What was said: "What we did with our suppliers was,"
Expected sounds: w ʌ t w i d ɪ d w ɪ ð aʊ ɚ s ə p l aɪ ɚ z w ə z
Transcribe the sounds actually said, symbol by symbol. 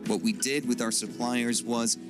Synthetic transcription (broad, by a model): w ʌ t w i d ɪ d w ɪ ð aʊ ɚ s ə p l aɪ ɚ z w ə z